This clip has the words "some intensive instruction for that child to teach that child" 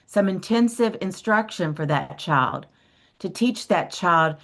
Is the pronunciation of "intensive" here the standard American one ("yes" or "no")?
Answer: yes